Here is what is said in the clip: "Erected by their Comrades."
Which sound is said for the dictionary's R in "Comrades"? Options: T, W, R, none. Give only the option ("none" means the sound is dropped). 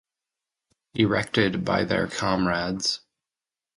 R